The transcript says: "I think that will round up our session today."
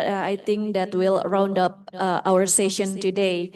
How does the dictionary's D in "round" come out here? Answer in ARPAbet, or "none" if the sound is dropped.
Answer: D